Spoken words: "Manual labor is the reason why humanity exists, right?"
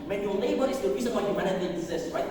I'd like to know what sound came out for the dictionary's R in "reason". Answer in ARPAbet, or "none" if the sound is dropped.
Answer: R